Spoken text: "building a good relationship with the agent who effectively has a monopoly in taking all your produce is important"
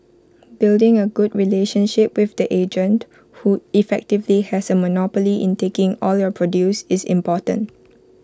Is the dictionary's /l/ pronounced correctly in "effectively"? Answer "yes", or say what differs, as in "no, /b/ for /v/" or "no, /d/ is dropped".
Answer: yes